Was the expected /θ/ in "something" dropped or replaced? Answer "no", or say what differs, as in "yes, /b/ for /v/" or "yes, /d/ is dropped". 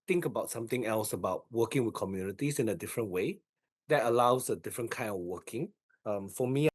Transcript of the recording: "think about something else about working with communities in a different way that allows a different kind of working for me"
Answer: yes, /t/ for /θ/